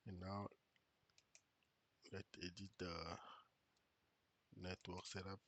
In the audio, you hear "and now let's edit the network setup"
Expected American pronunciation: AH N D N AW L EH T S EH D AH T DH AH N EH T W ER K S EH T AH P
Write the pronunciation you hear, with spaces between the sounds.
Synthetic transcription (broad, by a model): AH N N AW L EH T EH D AH T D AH N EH T W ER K S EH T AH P